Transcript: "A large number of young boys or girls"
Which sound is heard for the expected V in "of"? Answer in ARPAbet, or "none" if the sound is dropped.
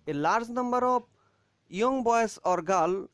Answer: B